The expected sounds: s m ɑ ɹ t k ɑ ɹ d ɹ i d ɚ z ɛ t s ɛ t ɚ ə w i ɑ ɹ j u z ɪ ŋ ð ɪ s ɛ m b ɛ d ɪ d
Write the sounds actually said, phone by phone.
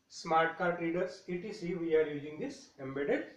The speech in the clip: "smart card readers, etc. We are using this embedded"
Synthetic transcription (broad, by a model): s m ɑ ɹ t k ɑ ɹ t ɹ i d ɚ s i t i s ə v i ɑ ɹ j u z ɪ ŋ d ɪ s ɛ m b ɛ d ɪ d